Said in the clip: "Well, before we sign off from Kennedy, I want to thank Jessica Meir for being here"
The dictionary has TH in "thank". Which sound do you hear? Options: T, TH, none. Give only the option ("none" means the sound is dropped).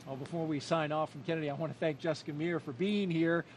TH